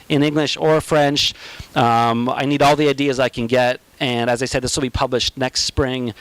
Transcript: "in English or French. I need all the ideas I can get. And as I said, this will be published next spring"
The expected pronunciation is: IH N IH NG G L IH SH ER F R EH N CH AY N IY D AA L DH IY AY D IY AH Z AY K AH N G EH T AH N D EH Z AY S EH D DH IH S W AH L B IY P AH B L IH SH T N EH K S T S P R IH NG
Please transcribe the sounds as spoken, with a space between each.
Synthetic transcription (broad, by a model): IH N IH NG G L IH SH ER F R EH N CH AY N IY D AA L DH IY AY D IY AH Z AY K AH N G EH T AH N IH Z AY S EH D DH IH S W AH L B IY P AH B L IH SH T N EH K S T S P R IH NG